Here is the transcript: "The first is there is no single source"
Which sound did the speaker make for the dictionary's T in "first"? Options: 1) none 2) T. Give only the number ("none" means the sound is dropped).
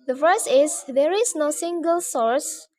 1